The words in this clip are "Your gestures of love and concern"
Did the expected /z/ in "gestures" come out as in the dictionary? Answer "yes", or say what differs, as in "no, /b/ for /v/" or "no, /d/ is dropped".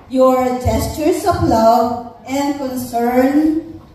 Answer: no, /s/ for /z/